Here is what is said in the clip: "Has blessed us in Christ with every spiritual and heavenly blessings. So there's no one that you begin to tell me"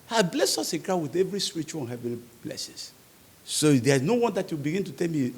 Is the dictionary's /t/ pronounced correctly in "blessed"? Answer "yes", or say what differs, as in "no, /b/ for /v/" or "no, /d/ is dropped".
no, /t/ is dropped